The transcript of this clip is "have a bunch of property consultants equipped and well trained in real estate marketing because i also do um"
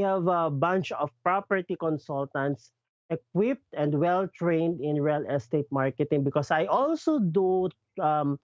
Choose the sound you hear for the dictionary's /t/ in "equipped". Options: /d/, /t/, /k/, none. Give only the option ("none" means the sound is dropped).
/t/